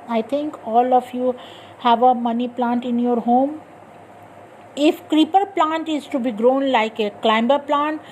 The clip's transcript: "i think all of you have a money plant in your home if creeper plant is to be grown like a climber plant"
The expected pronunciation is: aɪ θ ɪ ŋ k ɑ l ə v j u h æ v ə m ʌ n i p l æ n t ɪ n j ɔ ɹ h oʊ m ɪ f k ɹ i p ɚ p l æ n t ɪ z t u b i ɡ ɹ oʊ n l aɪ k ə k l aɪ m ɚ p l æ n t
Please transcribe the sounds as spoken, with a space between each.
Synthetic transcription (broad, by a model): aɪ t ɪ ŋ k ɑ l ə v j u h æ v ə m ʌ n i p l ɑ n t ɪ n j ɔ ɹ h oʊ m ɪ f k ɹ i p ɚ p l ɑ n t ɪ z t u b i ɡ ɹ oʊ n l aɪ k ə k l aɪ m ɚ p l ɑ n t